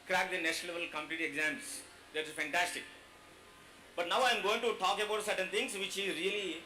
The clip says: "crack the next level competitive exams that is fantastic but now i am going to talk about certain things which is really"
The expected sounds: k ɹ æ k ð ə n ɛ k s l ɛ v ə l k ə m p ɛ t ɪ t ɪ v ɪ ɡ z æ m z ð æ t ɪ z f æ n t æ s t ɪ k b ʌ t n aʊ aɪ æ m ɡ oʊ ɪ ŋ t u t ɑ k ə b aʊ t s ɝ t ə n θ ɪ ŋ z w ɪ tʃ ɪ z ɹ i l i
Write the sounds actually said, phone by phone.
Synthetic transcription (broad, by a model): k ɹ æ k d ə n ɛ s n l ɛ v ə l k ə m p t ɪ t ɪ ɪ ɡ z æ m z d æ t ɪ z f æ n t æ s t ɪ k b ʌ t n aʊ aɪ m ɡ oʊ ɪ ŋ t u t ɑ k ə b aʊ t s ɝ t ə n t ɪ ŋ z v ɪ tʃ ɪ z ɹ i l i